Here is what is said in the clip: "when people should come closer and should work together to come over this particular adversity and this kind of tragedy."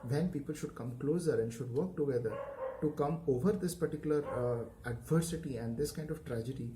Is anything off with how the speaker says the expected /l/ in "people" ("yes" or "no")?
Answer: no